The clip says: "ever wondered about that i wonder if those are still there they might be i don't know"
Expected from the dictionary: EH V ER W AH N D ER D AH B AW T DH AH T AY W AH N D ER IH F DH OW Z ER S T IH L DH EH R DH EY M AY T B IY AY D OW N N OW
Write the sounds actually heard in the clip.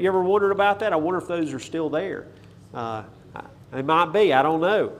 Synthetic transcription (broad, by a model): EH V ER W AH N D ER D AH B AW T DH AH T AY W AH N D ER IH F DH OW Z ER S T IH L DH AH R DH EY M AY T B IY AY D OW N N OW